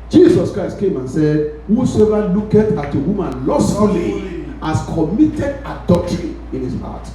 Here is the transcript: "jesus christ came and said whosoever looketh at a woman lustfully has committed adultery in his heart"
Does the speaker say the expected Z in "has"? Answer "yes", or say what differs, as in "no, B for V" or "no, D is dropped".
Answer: no, S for Z